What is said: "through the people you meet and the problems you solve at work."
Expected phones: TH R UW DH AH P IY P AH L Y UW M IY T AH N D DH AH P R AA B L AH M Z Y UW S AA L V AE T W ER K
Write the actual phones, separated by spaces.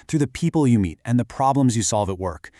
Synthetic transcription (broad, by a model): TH R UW DH AH P IY P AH L Y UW M IY T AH N DH AH P R AA B L AH M Z Y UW S AA L V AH T W ER K